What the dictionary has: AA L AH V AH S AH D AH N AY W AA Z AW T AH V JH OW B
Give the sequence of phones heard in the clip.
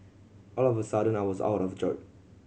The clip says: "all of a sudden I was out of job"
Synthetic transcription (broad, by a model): AA L AH V AH S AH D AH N AY W AA Z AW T AH V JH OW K